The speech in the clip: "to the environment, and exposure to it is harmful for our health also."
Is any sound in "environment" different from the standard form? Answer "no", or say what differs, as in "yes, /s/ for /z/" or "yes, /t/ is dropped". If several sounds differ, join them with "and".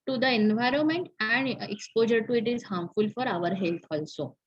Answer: no